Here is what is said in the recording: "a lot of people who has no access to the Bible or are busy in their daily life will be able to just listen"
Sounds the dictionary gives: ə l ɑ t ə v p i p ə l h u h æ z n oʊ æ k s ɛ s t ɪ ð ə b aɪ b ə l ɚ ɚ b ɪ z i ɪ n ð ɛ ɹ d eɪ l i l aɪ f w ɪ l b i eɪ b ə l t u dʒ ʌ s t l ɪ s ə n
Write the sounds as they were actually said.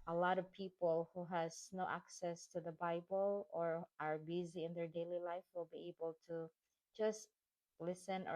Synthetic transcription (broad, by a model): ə l ɑ t ə v p i p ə l h u h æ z n oʊ æ k s ɛ s t ɪ ð ə b aɪ b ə l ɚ ɚ b ɪ z i ɪ n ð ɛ ɹ d eɪ l i l aɪ f w ɪ l b i eɪ b ə l t u dʒ ʌ s t l ɪ s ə n